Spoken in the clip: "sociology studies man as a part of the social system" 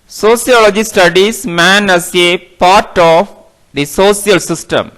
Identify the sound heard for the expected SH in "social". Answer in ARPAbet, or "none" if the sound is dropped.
S